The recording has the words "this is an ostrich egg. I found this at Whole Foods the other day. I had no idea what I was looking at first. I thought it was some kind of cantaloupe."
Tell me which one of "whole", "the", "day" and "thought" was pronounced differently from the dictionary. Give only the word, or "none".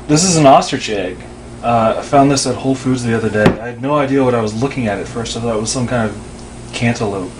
thought